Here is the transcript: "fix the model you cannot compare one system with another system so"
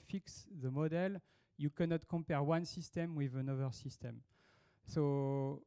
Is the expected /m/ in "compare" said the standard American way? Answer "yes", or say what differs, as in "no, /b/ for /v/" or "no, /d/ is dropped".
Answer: yes